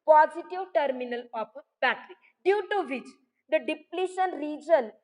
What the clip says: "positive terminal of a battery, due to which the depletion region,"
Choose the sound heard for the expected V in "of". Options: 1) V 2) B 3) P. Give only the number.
3